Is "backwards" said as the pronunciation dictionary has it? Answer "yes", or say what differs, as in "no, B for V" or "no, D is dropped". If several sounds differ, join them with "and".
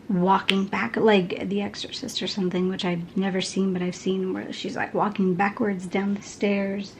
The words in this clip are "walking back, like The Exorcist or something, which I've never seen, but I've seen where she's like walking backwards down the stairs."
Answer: yes